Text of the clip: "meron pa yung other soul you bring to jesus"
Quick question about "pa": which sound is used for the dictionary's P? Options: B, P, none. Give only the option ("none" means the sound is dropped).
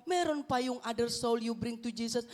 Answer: P